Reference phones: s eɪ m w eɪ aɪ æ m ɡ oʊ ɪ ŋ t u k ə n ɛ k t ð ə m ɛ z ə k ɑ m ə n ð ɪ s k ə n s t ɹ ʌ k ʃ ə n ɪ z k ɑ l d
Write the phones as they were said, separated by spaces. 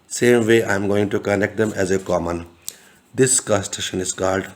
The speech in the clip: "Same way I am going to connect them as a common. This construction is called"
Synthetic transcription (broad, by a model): s eɪ m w eɪ aɪ m ɡ oʊ ɪ ŋ t u k ə n ɛ k t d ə m ɛ z ə k ɑ m ə n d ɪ s k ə s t ʌ ʃ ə n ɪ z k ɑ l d